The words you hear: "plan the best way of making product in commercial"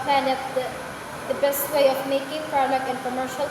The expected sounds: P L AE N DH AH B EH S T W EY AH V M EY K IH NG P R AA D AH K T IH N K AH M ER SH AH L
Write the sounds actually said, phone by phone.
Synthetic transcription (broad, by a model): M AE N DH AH B EH S T W EY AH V M EY K IH NG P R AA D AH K IH N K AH M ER SH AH L